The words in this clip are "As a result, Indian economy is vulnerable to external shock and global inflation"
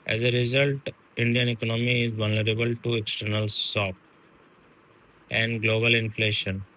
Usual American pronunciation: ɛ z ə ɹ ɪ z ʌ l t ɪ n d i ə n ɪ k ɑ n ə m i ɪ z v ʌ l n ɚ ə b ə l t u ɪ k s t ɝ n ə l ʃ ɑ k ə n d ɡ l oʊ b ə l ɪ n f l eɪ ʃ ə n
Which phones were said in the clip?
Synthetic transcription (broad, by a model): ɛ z ə ɹ ɪ z ʌ l t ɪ n d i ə n ɪ k ɑ n ə m i ɪ z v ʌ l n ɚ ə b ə l t u ɪ k s t ɝ n ə l s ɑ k ə n d ɡ l oʊ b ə l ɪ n f l eɪ ʃ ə n